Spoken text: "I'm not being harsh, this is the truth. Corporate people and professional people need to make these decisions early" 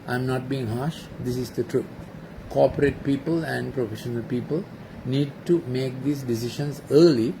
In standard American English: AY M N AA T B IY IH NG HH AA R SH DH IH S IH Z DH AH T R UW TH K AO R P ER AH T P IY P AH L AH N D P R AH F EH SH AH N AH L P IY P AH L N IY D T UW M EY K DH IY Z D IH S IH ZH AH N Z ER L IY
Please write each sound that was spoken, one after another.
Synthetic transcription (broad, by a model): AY M N AA T B IY IH NG HH AA SH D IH S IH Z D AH T R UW T K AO P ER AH T P IY P AH L AH N D P R AH F EH SH AH N AH L P IY P AH L N IY D T UW M EY K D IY S D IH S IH SH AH N S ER L IY